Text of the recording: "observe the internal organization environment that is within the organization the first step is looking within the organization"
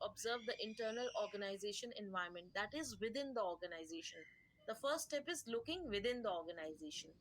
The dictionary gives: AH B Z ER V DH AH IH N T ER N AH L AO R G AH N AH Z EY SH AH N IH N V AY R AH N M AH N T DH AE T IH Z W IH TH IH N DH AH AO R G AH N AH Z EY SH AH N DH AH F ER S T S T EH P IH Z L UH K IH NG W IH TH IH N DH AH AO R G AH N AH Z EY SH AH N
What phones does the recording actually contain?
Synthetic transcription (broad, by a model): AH B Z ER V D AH IH N T ER N AH L AO R G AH N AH Z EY SH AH N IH N V AY AH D M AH N T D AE T IH Z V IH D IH N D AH AO R G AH N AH Z EY SH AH N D AH F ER T S T EH P IH Z L UH K IH NG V IH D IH N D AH AO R G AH N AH Z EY SH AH N